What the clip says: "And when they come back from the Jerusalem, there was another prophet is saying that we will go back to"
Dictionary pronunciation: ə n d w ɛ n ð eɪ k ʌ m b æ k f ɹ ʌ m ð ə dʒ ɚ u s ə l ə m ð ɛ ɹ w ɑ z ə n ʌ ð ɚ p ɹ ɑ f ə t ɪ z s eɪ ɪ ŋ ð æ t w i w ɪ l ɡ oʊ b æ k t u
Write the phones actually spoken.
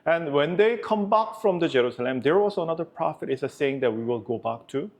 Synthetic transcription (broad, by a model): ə n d w ɛ n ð eɪ k ʌ m b æ k f ɹ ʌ m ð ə dʒ ɚ u s ə l ə m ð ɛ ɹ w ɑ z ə n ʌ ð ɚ p ɹ ɑ f ə t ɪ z s eɪ ɪ ŋ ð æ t w i w ɪ l ɡ oʊ b æ k t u